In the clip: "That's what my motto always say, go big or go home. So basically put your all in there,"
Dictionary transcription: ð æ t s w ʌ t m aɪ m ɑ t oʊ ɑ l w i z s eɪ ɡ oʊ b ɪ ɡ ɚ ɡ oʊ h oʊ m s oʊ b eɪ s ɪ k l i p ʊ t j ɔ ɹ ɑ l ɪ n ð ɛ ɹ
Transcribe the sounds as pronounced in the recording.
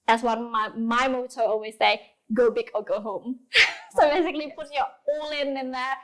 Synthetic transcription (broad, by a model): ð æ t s w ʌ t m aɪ m ɑ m oʊ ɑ l w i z s eɪ ɡ oʊ b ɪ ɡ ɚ ɡ oʊ h oʊ m s oʊ b eɪ s ɪ k l i p ʊ t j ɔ l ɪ n ɪ n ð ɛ